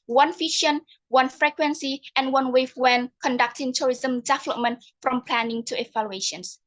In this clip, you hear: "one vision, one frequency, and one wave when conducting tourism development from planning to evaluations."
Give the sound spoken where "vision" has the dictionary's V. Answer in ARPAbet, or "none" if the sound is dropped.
F